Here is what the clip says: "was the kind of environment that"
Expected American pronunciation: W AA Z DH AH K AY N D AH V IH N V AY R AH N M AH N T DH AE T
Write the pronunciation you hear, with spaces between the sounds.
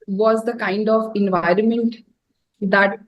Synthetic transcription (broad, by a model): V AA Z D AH K AY N D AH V IH N V AY R AH N M AH N T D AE T